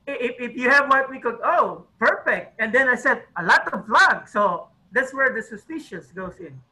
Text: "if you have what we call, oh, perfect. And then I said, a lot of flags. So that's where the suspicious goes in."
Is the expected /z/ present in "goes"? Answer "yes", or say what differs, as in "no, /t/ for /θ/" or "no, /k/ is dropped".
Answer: no, /s/ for /z/